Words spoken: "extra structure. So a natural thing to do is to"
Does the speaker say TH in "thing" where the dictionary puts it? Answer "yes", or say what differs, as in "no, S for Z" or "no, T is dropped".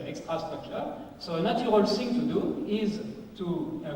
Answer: no, S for TH